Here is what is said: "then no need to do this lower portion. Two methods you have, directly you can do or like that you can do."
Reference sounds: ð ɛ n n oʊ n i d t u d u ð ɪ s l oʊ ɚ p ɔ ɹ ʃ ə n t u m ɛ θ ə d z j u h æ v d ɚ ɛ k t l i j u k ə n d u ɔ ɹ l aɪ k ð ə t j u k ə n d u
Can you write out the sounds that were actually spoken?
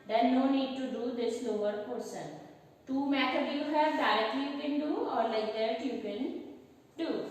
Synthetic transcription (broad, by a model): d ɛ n n oʊ n i d t u d u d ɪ s n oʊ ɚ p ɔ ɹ s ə n t u m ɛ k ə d j u h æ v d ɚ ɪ t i j u k ə n d u ɔ ɹ l aɪ k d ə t j u k ə n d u